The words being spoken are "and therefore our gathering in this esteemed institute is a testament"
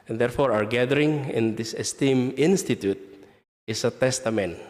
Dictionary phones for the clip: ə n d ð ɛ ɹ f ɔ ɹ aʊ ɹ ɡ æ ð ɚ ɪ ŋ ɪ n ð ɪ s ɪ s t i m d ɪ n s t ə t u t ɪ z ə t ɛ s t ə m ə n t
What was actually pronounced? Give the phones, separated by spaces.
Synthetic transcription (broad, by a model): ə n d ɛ ɹ f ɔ ɹ aʊ ɹ ɡ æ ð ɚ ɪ ŋ ɪ n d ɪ s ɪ s t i m ɪ n s t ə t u t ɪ s ə t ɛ s t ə m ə n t